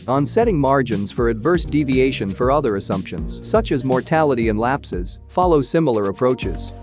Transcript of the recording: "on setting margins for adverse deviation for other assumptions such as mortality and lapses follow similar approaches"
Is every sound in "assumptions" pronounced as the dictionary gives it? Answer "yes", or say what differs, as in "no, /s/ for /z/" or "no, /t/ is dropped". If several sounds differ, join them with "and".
yes